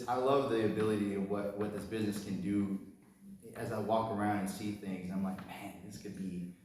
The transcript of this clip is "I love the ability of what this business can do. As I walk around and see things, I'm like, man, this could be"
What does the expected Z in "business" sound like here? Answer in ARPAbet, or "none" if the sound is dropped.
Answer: Z